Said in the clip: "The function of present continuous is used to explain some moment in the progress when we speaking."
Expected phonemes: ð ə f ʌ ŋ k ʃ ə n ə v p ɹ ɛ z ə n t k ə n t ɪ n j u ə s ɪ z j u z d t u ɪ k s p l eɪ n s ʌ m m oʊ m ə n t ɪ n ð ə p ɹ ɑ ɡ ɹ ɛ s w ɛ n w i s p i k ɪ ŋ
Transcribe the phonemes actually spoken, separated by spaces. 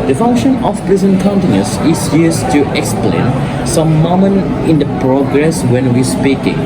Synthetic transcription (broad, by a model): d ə f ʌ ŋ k ʃ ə n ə f p ɹ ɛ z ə n k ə n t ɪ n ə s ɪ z j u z t u ɪ k s p l eɪ n s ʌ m m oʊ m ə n ɪ n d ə p ɹ ɑ ɡ ɹ ɛ s w ɛ n w i s p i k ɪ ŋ